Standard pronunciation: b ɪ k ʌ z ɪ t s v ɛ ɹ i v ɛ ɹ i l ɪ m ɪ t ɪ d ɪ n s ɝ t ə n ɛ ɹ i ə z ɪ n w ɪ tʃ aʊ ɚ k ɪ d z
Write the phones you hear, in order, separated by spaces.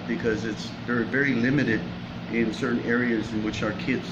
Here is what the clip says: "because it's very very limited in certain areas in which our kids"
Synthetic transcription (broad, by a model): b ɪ k ʌ z ɪ t s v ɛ ɹ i v ɛ ɹ i l ɪ m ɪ t ɪ d ɪ n s ɝ t n ɛ ɹ i ə z ɪ n w ɪ tʃ aʊ ɚ k ɪ d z